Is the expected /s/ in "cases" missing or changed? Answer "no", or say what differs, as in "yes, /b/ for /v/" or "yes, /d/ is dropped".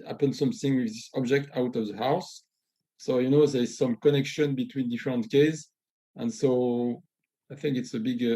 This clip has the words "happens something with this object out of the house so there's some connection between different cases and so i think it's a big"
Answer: yes, /s/ is dropped